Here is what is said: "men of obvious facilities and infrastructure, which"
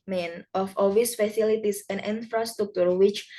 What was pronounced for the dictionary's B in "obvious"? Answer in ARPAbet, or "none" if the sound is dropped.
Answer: none